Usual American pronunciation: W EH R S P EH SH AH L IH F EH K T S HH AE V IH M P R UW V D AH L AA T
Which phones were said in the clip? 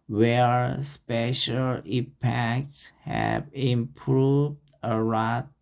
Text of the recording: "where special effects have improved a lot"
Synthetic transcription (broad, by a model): W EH R S P EH SH AH L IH P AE K T S HH AE V IH M P R UW V D AH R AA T